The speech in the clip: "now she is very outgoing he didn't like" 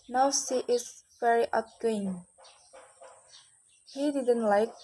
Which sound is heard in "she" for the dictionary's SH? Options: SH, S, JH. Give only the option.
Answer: S